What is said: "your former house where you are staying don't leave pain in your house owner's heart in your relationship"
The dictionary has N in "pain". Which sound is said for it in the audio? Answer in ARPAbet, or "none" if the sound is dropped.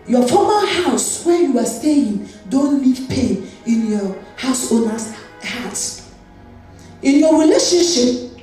N